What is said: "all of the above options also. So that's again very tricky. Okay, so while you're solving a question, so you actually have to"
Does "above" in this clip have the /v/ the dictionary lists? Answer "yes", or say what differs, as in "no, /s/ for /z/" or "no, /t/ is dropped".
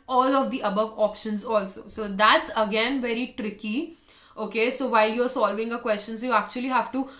yes